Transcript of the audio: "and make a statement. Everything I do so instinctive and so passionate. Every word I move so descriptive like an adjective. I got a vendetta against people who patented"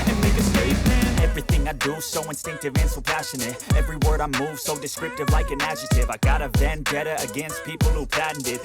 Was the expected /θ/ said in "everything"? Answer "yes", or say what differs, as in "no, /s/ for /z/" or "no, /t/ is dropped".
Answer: yes